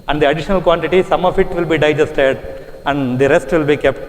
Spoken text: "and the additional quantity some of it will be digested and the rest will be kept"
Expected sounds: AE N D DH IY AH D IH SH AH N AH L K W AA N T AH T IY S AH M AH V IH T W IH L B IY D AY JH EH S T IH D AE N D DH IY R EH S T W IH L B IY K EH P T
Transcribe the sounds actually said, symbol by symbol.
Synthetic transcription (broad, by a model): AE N D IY AH D IH SH AH N AH L K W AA N T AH T IY S AH M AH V IH T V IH L B IY D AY JH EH S T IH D AE N D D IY R EH S T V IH L B IY K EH P T